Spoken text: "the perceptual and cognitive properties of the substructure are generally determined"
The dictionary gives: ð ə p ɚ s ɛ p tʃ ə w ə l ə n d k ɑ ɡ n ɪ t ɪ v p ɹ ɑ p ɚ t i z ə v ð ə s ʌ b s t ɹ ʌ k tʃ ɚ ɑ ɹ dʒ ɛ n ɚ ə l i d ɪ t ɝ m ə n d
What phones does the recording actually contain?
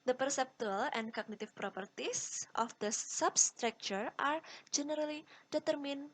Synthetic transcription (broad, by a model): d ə p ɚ s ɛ p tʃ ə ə l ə n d k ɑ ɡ n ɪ t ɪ f p ɹ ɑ p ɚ t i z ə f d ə s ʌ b s t ɹ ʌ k tʃ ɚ ɑ ɹ dʒ ɛ n ɚ ə l i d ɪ t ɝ m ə n